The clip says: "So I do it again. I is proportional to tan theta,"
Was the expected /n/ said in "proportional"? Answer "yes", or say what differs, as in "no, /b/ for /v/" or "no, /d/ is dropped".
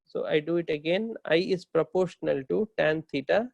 yes